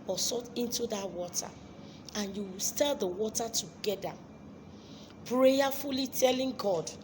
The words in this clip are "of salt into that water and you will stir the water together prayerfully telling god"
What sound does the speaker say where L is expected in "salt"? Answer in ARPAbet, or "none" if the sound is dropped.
none